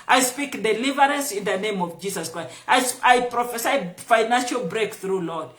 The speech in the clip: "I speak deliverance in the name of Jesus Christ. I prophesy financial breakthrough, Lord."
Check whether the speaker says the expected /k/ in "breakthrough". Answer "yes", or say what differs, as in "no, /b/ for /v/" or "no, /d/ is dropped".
yes